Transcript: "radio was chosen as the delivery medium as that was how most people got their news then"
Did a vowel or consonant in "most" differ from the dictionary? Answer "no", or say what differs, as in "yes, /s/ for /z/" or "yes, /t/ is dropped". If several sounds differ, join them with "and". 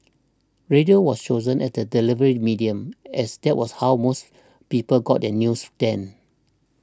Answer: no